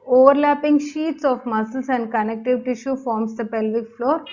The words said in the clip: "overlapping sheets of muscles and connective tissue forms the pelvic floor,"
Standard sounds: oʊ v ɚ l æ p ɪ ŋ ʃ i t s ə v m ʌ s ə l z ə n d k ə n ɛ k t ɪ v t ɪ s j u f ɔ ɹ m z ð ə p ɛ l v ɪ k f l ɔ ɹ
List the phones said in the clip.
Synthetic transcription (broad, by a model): oʊ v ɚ l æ p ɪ ŋ ʃ i t s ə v m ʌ s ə l s ə n d k ə n ɛ k t ɪ v t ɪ ʃ j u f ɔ ɹ m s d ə p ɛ l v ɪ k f l ɔ ɹ